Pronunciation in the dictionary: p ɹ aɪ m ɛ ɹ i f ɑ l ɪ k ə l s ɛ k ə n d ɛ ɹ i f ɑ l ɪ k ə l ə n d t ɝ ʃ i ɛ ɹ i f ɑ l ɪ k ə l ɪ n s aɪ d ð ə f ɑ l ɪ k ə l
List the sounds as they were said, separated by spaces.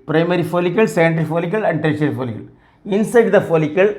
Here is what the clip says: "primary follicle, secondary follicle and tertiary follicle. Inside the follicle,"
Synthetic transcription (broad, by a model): p ɹ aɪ m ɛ ɹ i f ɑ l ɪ k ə l s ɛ ə n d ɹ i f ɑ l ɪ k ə l ə n d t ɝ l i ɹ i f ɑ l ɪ k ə l ɪ n s aɪ d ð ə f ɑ l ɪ k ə l